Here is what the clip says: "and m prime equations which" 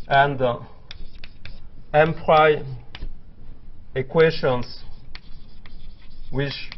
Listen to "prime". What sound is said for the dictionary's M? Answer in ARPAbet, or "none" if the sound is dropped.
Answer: none